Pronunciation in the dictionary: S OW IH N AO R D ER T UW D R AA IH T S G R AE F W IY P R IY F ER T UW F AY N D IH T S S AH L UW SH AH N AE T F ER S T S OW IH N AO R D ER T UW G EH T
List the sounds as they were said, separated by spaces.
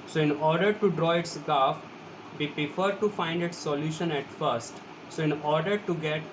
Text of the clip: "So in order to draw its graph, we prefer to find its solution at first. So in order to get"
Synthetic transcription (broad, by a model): S OW IH N AO R D ER T UW D R AA IH T S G AA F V IY P R IY F ER T UW F AY N D IH T S S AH L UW SH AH N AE T F ER S T S OW IH N AO R D ER T UW G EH T